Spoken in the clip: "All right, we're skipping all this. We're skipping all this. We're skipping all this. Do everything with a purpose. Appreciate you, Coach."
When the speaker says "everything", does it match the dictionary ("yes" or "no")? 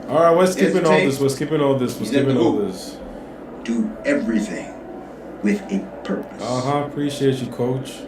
yes